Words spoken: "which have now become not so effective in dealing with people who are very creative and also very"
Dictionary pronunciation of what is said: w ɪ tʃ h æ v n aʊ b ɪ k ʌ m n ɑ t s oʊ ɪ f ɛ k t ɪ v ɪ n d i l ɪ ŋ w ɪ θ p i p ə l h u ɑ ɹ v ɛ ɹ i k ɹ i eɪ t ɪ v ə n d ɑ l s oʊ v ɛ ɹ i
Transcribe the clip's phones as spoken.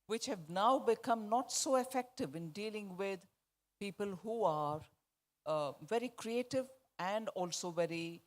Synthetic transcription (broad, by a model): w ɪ tʃ h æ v n aʊ b ɪ k ʌ m n ɑ t s oʊ ɪ f ɛ k t ɪ v ɪ n d i l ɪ ŋ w ɪ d p i p ə l h u ɑ ɹ v ɛ ɹ i k ɹ i eɪ t ɪ v ə n d ɑ l s oʊ v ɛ ɹ i